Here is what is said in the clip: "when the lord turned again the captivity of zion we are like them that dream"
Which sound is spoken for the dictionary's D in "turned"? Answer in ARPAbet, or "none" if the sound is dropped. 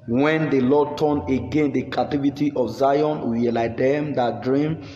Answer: none